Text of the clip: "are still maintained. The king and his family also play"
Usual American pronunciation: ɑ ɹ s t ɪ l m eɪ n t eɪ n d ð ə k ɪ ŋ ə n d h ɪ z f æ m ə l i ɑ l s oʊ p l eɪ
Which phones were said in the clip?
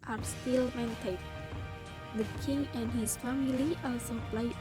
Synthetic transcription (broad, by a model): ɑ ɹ s t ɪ l m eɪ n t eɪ d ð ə k ɪ ŋ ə n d h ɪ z f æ m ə l i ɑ s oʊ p l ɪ